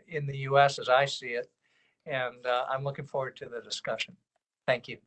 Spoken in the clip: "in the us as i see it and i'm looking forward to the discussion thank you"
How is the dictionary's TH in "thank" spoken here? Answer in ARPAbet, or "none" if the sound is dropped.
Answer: TH